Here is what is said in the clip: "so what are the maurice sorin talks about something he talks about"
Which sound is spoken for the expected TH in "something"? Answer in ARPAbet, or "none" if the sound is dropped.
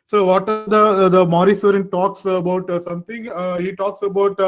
T